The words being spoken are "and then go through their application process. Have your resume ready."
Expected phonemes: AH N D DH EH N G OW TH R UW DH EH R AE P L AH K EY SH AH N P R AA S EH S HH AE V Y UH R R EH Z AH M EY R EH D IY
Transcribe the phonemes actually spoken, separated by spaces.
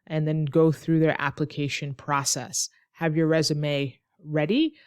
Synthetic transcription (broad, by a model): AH N DH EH N G OW TH R UW DH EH R AE P L AH K EY SH AH N P R AA S EH S HH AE V Y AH R R EH Z AH M EY R EH D IY